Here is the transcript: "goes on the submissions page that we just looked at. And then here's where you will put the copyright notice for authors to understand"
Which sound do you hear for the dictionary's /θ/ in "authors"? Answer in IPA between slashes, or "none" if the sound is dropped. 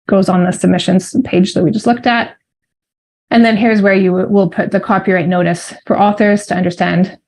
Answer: /θ/